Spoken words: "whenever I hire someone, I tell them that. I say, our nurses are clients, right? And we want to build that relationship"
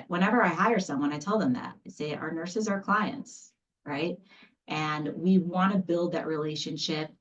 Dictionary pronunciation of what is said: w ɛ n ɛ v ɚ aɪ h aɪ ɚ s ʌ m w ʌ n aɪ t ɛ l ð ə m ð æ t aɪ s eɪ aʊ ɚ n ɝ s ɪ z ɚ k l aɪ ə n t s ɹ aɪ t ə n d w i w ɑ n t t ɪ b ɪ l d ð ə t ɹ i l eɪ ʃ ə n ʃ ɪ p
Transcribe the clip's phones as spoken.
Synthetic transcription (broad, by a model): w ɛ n ɛ v ɚ aɪ h aɪ ɚ s ʌ m w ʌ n aɪ t ɛ l ð ə m ð æ t s eɪ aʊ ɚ n ɝ s ɪ z ɚ k l aɪ ə n t s ɹ aɪ t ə n w i w ɑ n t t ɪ b ɪ l d ð ə t ɹ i l eɪ ʃ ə n ʃ ɪ p